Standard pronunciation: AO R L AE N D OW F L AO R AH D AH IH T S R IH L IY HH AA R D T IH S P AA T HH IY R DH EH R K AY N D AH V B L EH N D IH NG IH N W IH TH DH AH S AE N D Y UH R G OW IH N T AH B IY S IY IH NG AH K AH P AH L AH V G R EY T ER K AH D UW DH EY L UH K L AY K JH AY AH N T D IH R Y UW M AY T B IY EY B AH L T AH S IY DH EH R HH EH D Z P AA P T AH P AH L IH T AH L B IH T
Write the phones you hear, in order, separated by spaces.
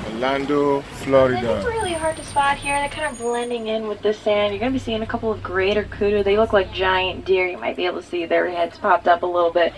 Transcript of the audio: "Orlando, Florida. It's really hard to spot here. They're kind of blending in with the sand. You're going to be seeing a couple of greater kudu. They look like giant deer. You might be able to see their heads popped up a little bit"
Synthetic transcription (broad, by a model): L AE N D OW F L AO R AH D AH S R IH L IY HH AA R D T IH S P AA T HH IY R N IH K AY N D AH V B L EH N D IH NG IH N W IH DH AH S AE N D Y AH R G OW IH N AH B IY S IY IH NG AH K AH P L AH V G R EY T ER K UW D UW DH EY L UH K L AY K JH AY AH N D IH R Y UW M AY T B IY EY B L T AH S IY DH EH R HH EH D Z P AA P T AH P AH L IH T L B IH T